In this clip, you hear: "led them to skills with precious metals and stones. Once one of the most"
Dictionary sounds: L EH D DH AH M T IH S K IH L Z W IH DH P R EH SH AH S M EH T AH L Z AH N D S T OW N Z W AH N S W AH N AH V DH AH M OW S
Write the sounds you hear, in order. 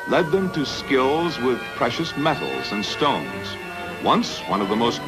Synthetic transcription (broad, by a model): L EH D DH AH M T IH S K IH L Z W IH DH P R EH SH AH S M EH T L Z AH N S T OW N Z W AH N S W AH N AH V DH AH M OW S